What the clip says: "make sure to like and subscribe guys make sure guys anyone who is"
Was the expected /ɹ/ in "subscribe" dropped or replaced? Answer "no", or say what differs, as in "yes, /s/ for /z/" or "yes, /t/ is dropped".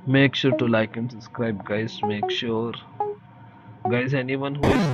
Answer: no